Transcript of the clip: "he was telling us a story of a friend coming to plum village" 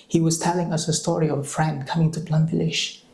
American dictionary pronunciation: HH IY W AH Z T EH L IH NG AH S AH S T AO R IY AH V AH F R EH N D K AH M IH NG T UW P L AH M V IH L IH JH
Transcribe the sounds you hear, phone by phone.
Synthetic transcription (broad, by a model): HH IY W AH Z T EH L IH NG AH S AH S T AO R IY AH V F R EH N K AH M IH NG T UW B L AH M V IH L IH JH